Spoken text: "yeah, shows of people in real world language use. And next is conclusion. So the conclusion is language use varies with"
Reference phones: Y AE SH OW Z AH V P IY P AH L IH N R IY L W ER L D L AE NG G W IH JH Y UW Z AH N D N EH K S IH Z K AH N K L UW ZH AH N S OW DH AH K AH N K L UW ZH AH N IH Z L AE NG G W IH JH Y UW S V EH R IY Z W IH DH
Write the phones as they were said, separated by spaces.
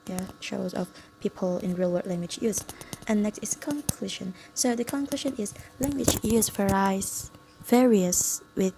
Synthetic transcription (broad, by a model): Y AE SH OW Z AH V P IY P AH L IH N R IY L W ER D L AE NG G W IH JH Y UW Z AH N N EH K S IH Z K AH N K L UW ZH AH N S OW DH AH K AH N K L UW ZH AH N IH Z L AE NG G W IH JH Y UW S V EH R IY S W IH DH